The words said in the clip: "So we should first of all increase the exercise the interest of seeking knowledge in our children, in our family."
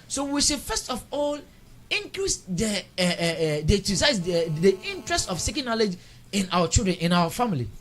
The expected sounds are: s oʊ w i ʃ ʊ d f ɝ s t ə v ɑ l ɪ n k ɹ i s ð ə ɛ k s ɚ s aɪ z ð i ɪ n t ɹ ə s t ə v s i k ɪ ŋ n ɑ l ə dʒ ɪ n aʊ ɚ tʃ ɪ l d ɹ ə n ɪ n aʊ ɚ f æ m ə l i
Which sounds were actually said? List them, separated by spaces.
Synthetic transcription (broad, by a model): s oʊ w i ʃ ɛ f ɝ s t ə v ɑ l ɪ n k l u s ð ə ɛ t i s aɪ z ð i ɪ n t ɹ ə s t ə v s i k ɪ n ɑ l ə dʒ ɪ n aʊ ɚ tʃ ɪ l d ɹ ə n ɪ n aʊ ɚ f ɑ m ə l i